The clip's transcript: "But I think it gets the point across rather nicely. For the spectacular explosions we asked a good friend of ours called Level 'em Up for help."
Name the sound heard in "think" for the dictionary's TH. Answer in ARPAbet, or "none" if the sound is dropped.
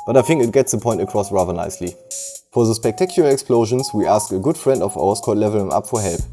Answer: TH